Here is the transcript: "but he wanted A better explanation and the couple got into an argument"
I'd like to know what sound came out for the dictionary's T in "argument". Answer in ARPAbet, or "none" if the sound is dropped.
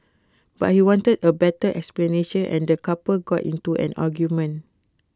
none